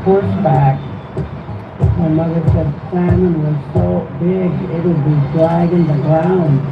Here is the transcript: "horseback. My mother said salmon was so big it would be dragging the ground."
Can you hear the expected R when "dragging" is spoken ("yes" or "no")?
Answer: no